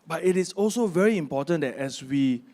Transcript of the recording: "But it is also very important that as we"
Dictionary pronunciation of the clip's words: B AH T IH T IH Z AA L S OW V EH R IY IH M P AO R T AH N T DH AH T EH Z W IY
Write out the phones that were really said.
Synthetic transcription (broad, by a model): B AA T IH T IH S AA L S OW V EH R IY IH M P AO T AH N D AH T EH S W IY